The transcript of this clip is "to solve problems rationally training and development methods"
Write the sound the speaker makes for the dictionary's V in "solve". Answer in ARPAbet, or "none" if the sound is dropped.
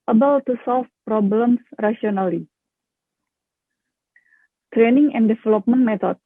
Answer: F